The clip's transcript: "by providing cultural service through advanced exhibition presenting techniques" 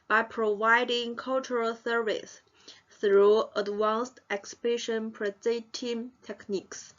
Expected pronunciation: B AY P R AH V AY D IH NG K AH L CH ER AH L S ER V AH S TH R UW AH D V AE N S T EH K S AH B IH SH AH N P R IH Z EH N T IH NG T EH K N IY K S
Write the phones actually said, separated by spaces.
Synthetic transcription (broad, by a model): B AY P R AH V AY D IH NG K AH L CH ER AH L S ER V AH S TH R UW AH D W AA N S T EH K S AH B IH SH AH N P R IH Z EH T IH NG T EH K N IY K S